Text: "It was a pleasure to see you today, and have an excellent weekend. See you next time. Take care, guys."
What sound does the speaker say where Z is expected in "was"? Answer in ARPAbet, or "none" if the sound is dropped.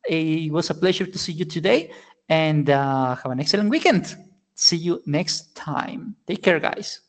S